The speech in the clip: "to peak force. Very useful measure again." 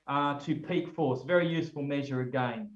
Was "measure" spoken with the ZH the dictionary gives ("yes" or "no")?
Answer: yes